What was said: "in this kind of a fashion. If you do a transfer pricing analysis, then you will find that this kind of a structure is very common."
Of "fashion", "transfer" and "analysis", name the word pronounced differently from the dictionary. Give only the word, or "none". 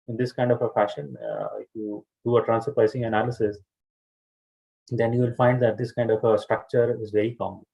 transfer